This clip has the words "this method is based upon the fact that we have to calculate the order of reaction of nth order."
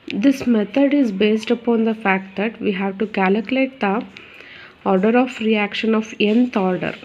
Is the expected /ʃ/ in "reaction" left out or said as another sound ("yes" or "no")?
no